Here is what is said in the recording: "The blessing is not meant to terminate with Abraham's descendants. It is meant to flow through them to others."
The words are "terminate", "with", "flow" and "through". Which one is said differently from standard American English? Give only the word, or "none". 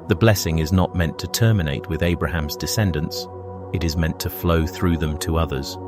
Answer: none